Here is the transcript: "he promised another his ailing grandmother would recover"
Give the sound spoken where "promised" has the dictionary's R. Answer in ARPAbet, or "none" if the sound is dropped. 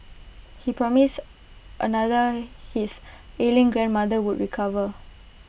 R